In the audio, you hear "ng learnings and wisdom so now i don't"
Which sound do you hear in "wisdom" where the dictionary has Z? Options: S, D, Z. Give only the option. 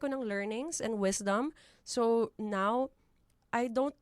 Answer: S